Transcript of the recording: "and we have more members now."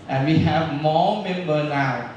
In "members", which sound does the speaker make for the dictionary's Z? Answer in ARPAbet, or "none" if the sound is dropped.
none